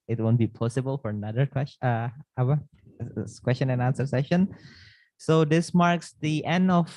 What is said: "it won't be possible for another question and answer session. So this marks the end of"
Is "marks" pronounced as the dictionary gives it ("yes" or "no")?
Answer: yes